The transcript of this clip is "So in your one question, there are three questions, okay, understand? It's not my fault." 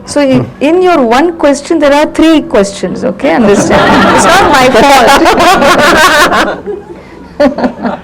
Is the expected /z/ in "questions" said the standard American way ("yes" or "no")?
no